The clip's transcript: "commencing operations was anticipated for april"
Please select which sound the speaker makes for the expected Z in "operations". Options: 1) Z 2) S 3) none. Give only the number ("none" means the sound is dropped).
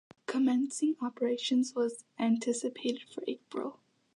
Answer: 1